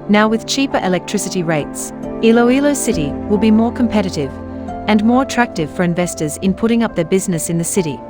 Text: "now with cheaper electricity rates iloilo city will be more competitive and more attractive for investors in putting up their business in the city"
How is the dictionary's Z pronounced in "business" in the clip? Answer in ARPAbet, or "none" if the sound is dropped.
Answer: Z